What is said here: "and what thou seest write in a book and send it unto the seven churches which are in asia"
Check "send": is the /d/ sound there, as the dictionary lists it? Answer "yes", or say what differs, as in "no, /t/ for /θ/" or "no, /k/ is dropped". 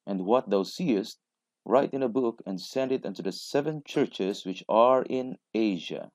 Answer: yes